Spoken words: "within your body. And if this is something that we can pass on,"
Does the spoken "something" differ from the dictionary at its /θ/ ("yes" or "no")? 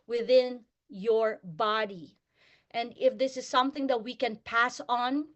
no